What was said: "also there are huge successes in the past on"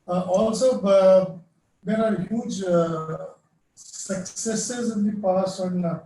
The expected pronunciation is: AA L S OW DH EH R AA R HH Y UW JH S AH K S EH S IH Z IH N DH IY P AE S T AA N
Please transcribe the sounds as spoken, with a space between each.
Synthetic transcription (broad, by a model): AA L S OW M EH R AA R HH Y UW JH S AH K S EH S IH Z IH N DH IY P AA S AA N